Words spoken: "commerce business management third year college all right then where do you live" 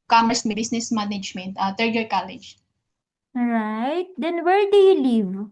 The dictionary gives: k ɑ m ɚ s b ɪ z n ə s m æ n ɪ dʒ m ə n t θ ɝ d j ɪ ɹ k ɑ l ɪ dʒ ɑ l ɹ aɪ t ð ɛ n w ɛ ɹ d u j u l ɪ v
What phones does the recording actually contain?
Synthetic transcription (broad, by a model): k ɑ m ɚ s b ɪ s n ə s m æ n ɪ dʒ m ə n t t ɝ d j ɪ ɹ k ɑ l ɪ dʒ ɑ ɹ aɪ t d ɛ n w ɛ ɹ d u j u l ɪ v